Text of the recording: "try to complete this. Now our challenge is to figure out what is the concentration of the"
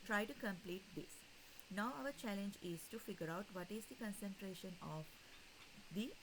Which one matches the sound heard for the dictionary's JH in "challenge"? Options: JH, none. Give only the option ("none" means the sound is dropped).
JH